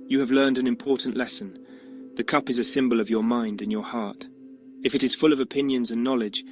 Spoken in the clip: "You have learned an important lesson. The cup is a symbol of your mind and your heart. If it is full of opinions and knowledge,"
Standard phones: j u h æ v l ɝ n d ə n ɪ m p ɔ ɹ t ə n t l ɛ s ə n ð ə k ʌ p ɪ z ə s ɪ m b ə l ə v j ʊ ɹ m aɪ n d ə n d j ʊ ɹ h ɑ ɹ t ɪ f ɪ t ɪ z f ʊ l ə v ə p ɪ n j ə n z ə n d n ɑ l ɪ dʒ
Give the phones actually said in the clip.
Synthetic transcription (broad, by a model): j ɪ v l ɝ n d ə n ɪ m p ɔ ɹ t n t l ɛ s ə n ð ə k ʌ p ɪ z ə s ɪ m b ə l ə v j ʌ ɹ m aɪ n d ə n j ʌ ɹ h ɑ ɹ t ɪ f ɪ t ɪ z f ʊ l ə v ə p ɪ n j ə n z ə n n ɑ l ɪ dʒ